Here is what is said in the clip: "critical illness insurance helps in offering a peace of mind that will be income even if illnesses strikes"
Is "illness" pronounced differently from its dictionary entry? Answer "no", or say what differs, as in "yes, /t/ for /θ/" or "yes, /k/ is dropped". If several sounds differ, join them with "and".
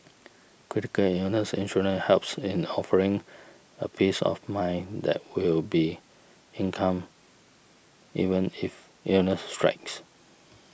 yes, /l/ is dropped